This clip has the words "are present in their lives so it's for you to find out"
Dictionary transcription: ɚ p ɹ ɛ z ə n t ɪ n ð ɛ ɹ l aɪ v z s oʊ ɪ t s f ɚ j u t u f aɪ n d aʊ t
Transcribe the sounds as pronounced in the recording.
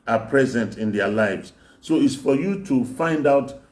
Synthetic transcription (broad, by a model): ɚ p ɹ ɛ z ə n t ɪ n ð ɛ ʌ l aɪ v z s oʊ ɪ t s f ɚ j u t u f aɪ n d aʊ t